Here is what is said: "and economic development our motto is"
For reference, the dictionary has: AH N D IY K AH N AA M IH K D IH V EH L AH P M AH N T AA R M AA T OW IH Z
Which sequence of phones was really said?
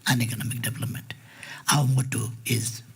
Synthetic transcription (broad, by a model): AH N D IY K AH N AA M IH K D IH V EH L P M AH N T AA W M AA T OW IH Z